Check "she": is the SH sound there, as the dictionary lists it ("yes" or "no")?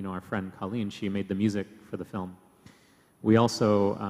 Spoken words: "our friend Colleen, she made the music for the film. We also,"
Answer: yes